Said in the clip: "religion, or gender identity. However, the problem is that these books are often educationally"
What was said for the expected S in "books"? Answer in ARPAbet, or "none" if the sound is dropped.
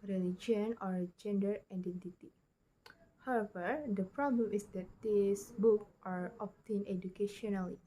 none